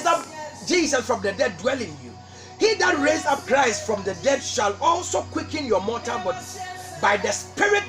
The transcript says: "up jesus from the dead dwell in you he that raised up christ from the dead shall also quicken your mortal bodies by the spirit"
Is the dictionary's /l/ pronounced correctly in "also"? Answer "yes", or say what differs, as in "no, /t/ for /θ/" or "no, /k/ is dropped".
yes